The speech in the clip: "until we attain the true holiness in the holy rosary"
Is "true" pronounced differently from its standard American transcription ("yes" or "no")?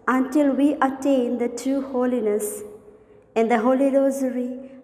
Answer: yes